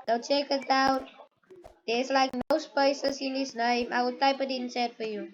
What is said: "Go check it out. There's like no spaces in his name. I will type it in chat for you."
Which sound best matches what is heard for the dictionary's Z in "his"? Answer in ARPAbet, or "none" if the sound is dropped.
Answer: S